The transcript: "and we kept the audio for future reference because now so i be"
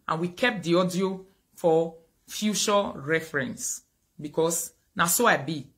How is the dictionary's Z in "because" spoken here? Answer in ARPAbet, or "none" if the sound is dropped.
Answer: S